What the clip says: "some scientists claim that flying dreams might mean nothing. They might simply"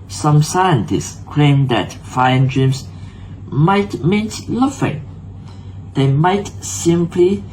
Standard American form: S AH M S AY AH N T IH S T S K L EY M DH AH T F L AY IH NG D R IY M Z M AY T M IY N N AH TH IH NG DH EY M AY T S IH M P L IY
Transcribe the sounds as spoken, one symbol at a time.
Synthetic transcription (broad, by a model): S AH M S AY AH N T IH S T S K L EY M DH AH T F AY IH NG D R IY M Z M AY T M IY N L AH F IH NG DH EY M AY T S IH M P L IY